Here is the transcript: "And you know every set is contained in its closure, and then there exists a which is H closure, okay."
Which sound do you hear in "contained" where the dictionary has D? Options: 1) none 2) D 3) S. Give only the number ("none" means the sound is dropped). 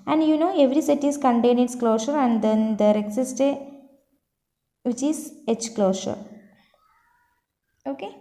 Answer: 1